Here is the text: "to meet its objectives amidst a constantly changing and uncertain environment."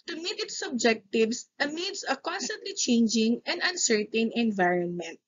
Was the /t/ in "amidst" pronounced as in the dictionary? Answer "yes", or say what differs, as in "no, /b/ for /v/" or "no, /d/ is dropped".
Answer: no, /t/ is dropped